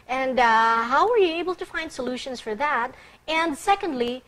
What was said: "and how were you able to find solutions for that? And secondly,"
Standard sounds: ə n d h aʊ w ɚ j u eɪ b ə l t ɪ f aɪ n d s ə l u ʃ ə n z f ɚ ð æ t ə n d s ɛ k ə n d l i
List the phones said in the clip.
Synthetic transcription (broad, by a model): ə n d h aʊ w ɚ j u eɪ b l t ɪ f aɪ n d s ə l u ʃ ə n z f ɚ ð æ t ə n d s ɛ k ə n d l i